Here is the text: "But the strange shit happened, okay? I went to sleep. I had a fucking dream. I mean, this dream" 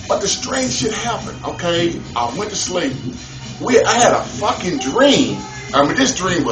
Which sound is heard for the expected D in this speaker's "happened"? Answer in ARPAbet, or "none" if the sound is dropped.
none